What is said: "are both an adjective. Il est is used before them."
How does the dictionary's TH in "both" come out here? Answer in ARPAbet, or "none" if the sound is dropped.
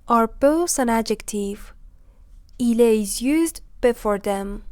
S